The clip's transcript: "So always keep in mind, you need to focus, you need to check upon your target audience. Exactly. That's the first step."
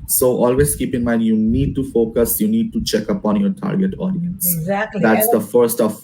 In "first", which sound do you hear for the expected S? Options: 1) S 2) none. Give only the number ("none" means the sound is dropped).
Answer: 2